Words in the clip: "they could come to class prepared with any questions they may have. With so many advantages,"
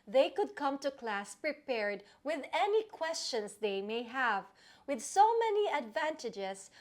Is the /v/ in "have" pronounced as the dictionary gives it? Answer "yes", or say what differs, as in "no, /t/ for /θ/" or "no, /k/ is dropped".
yes